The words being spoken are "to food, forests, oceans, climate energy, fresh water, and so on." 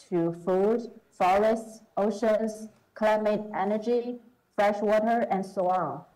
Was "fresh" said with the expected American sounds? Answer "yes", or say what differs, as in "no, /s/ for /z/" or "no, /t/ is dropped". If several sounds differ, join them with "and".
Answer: yes